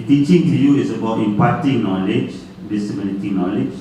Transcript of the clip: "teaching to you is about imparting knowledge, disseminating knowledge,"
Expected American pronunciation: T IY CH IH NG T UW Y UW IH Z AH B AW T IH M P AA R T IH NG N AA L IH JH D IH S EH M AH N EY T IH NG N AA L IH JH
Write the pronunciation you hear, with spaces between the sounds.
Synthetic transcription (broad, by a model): T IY CH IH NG T UW Y UW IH S AH B AW T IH M P AA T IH NG N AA L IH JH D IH S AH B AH L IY T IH N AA L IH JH